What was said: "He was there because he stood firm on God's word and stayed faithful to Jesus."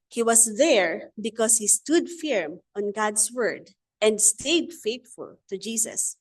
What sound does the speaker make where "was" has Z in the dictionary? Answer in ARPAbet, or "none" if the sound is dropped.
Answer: S